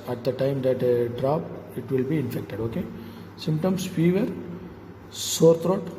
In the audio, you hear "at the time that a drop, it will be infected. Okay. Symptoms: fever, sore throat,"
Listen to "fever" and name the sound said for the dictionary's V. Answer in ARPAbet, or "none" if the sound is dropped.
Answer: V